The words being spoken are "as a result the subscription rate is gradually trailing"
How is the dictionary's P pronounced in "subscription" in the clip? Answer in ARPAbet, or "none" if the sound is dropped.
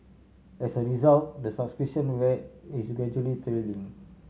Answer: none